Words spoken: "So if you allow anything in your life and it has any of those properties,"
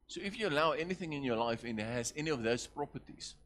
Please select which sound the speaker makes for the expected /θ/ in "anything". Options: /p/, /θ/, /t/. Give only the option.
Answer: /θ/